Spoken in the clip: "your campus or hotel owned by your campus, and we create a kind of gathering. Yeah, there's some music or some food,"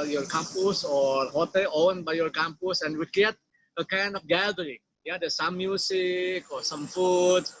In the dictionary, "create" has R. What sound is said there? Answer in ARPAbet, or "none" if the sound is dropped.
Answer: none